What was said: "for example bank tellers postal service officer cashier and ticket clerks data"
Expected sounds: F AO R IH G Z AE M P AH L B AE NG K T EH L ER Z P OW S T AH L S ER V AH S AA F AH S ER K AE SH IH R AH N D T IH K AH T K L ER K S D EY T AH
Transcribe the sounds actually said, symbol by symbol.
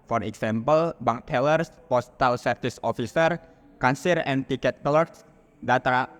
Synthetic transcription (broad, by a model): F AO R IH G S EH M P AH L B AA NG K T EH L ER S P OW S T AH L S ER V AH S AA F AH S ER K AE S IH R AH N T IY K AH T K L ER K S D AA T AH